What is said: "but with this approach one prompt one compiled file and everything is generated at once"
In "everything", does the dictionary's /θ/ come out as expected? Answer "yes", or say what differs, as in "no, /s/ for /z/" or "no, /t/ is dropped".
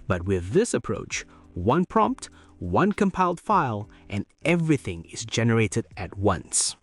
yes